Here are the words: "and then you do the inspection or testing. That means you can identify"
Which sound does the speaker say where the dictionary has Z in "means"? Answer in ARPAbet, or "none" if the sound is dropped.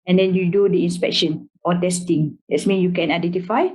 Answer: none